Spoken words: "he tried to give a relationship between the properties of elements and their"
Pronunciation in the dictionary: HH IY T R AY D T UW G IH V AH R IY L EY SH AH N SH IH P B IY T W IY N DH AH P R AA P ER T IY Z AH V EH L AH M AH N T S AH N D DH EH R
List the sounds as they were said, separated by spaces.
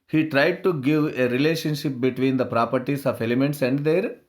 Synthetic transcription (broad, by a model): HH IY T R AY D T UW G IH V AH R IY L EY SH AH N SH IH P B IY T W IY N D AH P R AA P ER T IY S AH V EH L AH M AH N T S AH N D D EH R